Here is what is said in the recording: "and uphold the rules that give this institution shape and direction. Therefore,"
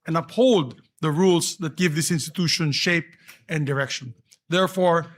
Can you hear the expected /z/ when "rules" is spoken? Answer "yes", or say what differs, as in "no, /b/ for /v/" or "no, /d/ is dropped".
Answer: no, /s/ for /z/